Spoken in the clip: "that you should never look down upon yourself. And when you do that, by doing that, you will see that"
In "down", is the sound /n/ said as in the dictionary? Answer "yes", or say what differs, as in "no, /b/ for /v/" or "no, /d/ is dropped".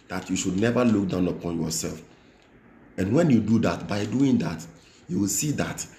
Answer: yes